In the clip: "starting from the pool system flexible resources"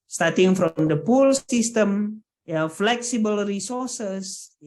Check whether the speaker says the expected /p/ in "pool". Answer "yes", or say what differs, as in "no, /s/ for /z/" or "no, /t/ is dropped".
yes